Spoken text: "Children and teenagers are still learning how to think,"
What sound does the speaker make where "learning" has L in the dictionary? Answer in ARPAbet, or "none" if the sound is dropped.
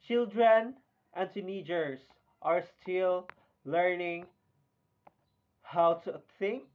L